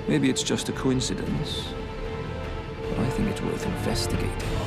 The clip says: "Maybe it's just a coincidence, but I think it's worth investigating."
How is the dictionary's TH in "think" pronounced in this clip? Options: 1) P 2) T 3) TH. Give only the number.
3